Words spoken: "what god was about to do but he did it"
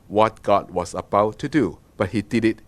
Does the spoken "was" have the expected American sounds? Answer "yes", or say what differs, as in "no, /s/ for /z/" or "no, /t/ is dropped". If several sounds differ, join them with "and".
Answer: no, /s/ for /z/